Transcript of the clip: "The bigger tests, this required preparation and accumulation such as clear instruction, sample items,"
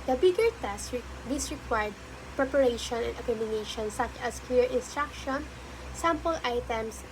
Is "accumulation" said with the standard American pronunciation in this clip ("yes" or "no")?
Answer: no